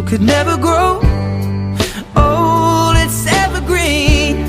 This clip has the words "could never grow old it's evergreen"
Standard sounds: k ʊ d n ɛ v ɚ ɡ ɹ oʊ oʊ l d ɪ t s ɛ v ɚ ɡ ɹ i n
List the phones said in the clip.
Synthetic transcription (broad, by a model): k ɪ d n ɛ v ɚ ɡ ɹ oʊ oʊ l ɪ t s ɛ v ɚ ɡ ɹ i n